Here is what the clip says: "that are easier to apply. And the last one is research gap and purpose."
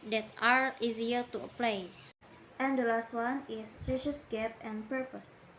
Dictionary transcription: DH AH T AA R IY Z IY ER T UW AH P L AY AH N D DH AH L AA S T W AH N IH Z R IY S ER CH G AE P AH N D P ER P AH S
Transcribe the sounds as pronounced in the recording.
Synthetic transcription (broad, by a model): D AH T AA R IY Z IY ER T UW AH P L AY AH N D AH L AA S T W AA N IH S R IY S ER S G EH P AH N P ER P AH S